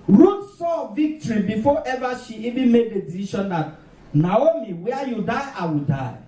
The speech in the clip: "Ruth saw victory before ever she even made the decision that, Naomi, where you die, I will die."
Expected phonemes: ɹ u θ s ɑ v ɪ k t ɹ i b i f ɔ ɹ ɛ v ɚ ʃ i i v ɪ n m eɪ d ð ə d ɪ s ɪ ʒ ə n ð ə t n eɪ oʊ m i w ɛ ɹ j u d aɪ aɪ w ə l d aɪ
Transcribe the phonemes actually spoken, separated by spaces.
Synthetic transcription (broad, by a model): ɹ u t s ɑ v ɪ k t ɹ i b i f ɔ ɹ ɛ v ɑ ʃ i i b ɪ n m eɪ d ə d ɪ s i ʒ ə n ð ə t n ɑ oʊ m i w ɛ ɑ j u d aɪ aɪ w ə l d aɪ